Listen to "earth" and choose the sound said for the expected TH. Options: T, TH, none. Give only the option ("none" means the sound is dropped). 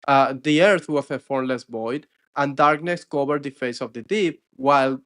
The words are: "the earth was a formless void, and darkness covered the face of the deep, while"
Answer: TH